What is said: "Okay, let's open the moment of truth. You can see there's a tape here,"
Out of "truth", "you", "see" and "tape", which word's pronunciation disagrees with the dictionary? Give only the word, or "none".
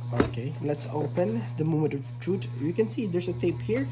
truth